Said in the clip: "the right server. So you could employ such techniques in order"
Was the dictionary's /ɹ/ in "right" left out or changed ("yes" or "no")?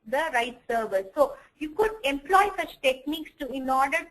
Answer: no